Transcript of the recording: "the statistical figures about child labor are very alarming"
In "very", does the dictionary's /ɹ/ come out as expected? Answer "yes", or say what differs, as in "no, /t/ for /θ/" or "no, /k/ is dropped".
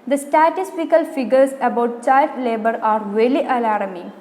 no, /l/ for /ɹ/